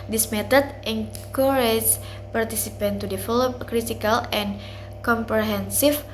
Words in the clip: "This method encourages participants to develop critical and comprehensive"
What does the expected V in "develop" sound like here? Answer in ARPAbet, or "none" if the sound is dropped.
F